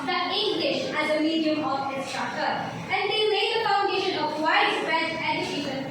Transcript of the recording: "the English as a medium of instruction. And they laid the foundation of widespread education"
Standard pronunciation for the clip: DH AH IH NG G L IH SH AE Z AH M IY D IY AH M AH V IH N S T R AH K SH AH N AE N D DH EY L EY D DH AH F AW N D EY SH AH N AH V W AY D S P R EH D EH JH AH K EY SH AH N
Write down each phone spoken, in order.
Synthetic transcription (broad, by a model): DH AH IH NG G L IH SH AE Z AH M IY D IY AH M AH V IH S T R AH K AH AE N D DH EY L EY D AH F AW N D EY SH AH N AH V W AY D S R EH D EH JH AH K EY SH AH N